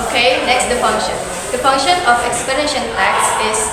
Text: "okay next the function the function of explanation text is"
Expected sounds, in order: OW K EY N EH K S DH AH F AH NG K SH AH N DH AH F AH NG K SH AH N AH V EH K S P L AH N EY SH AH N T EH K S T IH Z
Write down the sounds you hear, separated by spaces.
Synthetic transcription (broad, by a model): OW K EY N EH K S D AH F AH NG K SH AH N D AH F AH NG K SH AH N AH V EH K S P L AH N EY SH AH N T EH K S IH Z